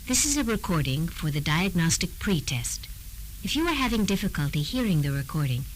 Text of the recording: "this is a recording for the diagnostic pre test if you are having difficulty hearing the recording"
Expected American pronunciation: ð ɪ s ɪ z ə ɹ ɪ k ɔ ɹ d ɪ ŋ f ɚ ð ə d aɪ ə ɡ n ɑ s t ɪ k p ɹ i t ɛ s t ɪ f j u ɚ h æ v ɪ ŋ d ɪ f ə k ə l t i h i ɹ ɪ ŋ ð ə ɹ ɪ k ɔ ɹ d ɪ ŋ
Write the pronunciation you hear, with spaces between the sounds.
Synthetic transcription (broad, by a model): ð ɪ s ɪ z ə ɹ ɪ k ɔ ɹ d ɪ ŋ f ɚ ð ə d aɪ ə ɡ n ɑ s t ɪ k p ɹ i t ɛ s t ɪ f j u ɚ h æ v ɪ ŋ d ɪ f ə k ə l t i h i ɹ ɪ ŋ ð ə ɹ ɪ k ɔ ɹ d ɪ ŋ